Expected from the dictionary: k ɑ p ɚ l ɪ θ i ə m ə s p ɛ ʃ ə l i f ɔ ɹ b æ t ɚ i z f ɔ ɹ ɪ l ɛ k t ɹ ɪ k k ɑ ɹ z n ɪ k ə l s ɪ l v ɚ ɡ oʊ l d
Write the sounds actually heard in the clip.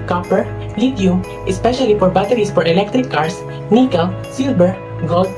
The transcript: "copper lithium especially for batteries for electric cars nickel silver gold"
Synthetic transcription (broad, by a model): k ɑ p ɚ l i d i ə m ə s p ɛ ʃ ə l i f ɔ ɹ b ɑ t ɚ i s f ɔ ɹ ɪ l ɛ k t ɹ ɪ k k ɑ ɹ s n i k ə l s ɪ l b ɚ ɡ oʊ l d